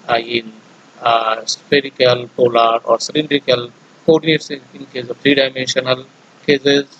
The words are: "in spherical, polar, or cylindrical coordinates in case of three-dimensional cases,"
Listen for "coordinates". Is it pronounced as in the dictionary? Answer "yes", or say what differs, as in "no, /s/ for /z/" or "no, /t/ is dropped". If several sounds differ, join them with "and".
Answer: no, /n/ is dropped